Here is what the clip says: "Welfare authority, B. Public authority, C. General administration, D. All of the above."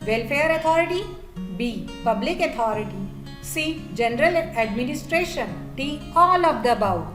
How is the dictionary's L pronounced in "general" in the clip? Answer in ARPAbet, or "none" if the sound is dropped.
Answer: L